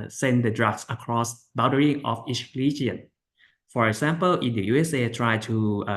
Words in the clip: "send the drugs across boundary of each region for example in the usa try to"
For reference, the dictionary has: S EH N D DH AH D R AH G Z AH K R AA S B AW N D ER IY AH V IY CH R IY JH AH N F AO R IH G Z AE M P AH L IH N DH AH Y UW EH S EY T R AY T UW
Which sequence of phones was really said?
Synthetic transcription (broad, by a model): S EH N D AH D R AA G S AH K R AA S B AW D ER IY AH F IY CH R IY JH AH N F AO R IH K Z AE M P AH L IH N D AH Y UW EH S EY T R AY T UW